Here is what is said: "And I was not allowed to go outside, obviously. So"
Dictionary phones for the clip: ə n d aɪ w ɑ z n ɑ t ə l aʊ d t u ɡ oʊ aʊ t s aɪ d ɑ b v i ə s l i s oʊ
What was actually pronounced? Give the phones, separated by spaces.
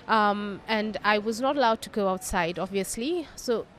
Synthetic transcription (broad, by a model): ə n d aɪ w ɑ z n ɑ t ə l aʊ d t u ɡ oʊ aʊ t s aɪ d ɑ b v i ə s l i s oʊ